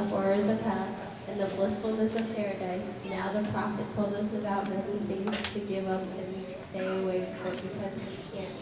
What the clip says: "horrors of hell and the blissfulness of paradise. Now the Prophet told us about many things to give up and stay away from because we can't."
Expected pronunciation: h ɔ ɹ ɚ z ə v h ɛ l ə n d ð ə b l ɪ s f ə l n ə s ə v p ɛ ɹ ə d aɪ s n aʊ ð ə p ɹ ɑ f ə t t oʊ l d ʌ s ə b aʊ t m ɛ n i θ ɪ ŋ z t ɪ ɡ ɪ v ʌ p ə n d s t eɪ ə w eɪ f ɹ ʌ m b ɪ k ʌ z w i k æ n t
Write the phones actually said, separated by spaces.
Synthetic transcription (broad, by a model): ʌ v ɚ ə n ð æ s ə n ð ə b l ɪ s f l n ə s ə v p ɛ ɹ ə d aɪ s n aʊ ð ə p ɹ ɑ f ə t t oʊ l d ʌ s ə b aʊ t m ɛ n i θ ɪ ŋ t ɪ ɡ ɪ v ʌ p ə n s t eɪ ə w eɪ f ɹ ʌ b ɪ k ʌ z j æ